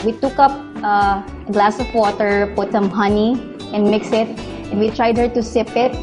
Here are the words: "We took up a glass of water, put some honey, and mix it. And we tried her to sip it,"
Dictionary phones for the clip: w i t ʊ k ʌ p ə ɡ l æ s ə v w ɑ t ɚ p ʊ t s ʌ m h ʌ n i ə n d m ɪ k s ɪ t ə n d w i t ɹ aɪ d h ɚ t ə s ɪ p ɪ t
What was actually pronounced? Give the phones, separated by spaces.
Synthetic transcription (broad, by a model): w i t ʊ k ʌ p ə ɡ l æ s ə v w ɑ t ɚ p ʊ t s ʌ m h ʌ n i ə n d m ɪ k s ɪ t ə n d w i t ɹ aɪ d h ɚ t ə s ɪ p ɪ t